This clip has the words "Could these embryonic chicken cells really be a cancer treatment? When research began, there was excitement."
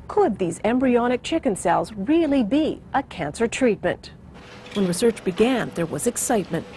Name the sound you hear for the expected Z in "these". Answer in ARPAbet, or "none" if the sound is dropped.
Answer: Z